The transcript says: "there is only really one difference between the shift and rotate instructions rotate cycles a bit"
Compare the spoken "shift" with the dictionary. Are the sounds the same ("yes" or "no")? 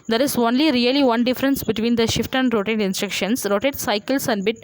yes